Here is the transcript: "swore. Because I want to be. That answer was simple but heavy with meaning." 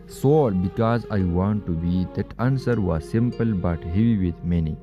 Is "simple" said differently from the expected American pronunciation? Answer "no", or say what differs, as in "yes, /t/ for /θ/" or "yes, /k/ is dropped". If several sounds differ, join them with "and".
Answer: no